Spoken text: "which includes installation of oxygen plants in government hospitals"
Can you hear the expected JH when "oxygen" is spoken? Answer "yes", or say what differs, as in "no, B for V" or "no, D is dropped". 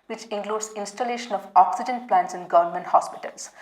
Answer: yes